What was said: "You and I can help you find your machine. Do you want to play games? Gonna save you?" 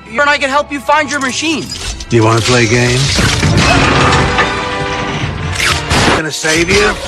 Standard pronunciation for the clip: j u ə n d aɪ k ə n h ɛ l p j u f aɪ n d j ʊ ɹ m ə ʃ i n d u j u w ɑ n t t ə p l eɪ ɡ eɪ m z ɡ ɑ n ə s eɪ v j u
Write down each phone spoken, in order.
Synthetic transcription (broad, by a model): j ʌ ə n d aɪ k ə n h ɛ l p j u f aɪ n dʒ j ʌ ɹ m ə ʃ i n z j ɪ w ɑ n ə p l eɪ ɡ eɪ m z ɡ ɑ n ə s eɪ v j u